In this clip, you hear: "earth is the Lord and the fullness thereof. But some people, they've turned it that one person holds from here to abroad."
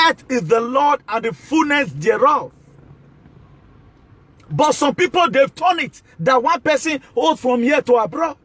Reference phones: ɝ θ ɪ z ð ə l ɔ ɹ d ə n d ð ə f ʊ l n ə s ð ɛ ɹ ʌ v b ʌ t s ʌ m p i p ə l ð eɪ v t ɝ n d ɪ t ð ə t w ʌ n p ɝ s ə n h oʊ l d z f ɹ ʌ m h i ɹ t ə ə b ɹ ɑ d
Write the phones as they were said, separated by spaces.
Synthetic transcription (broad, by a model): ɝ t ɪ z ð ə l ɔ d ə n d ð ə f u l n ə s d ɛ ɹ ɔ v b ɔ t s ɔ m p i p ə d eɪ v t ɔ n ɪ t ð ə t w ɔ n p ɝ s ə n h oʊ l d f ɹ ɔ m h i t ə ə b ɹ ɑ